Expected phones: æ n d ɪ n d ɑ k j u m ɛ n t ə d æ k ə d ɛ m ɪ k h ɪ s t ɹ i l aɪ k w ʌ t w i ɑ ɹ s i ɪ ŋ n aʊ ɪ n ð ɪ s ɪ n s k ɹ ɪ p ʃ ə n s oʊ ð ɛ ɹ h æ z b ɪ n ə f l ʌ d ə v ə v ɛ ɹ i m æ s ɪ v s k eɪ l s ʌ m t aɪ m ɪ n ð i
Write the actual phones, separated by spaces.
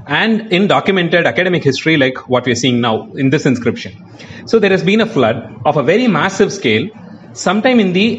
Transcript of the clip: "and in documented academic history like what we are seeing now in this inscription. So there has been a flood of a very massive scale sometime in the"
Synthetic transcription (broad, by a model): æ n d ɪ n d ɑ k j u m ɛ n t ə d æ k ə d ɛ m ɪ k h ɪ s t ɹ i l aɪ k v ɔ t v i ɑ ɹ s i ɪ ŋ n aʊ ɪ n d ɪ s ɪ n s k ɹ ɪ p ʃ ə n s oʊ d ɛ ɹ h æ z b ɪ n ə f l ʌ d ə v ə v ɛ ɹ i m æ s ɪ v s k eɪ l s ʌ m t aɪ m ɪ n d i